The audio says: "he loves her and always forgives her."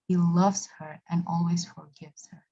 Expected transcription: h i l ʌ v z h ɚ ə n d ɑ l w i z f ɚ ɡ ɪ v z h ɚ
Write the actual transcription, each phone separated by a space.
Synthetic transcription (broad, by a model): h i l ʌ v z h ɚ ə n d ɑ l w i z f ɚ ɡ ɪ v z h ɚ